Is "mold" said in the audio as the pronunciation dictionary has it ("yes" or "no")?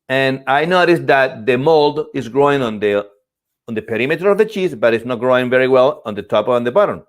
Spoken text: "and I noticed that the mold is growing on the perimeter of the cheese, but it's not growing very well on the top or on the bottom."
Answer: yes